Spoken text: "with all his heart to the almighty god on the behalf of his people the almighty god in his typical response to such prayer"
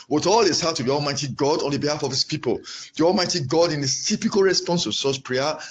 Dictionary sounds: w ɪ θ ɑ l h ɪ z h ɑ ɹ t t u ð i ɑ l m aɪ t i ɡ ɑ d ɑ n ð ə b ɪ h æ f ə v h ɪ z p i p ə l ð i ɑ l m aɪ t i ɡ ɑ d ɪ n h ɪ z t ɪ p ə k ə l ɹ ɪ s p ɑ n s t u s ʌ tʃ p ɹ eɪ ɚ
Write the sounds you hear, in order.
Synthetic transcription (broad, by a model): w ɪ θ ɑ l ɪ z h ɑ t t u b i ɑ l m aɪ t i ɡ ɑ d ɑ n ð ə b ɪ h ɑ f ə v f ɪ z p i p ə l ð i ɑ l m aɪ t i ɡ ɑ d ɪ n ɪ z t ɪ p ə k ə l ɹ ɪ s p ɑ n s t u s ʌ s p ɹ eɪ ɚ